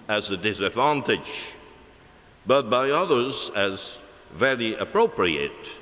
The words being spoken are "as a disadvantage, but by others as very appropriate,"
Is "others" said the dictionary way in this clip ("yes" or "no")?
yes